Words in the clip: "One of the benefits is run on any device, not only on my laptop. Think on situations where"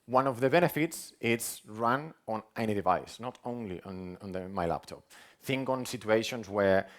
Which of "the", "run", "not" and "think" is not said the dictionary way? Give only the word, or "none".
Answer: none